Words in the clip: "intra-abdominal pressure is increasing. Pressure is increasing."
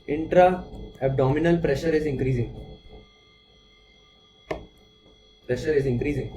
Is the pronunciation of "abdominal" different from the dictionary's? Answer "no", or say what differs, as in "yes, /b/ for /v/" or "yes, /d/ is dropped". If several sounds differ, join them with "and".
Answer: no